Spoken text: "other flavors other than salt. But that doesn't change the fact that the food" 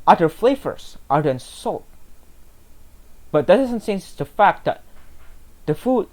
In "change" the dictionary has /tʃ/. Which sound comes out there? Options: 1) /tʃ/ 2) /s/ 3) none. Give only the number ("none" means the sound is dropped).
2